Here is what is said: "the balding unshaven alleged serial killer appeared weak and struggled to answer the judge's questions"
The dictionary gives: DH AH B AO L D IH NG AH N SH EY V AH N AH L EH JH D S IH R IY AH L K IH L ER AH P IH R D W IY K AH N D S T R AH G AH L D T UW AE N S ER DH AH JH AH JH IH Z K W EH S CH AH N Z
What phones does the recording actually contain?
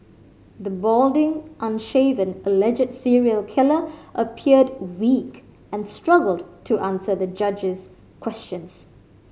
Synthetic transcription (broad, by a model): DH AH B AO L D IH NG AH N SH EY V AH N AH L EH JH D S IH R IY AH L K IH L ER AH P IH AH D W IY K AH N S T R AH G AH L D T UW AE N S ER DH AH JH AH JH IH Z K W EH S CH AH N S